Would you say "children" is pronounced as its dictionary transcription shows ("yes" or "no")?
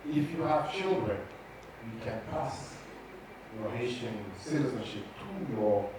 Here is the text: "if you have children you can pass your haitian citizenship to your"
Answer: yes